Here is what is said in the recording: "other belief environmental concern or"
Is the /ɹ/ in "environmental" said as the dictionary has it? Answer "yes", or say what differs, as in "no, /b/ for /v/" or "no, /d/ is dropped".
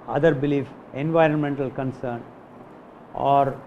yes